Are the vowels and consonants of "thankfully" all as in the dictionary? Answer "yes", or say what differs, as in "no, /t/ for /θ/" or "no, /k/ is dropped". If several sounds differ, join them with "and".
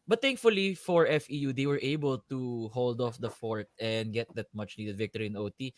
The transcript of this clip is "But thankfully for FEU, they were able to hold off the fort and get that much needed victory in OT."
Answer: no, /t/ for /θ/